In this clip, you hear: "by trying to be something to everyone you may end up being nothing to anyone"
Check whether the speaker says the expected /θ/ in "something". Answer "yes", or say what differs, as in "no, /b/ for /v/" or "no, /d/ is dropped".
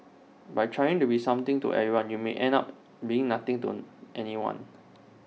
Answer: no, /t/ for /θ/